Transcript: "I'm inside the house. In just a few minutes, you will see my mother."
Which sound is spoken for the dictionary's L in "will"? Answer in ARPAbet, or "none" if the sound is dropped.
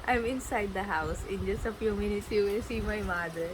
N